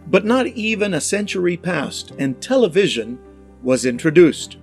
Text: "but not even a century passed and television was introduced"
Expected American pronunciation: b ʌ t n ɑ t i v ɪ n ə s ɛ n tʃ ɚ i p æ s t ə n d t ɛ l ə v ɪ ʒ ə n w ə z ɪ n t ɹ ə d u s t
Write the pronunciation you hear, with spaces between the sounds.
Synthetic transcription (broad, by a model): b ʌ t n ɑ t i v ɪ n ə s ɛ n tʃ ɚ i p æ s t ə n t ɛ l ə v ɪ ʒ ə n w ə z ɪ n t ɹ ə d u s t